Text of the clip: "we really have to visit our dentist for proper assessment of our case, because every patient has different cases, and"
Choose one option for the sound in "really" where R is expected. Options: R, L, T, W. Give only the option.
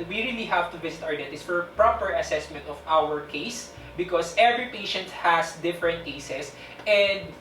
R